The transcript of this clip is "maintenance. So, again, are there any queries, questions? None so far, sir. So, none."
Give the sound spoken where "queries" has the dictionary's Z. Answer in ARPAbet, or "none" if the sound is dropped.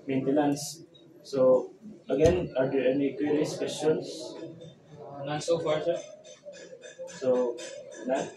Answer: S